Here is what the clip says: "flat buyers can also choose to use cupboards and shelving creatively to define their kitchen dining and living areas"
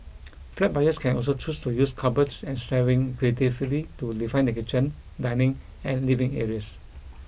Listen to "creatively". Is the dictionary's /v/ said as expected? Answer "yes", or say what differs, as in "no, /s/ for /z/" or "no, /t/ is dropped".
no, /f/ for /v/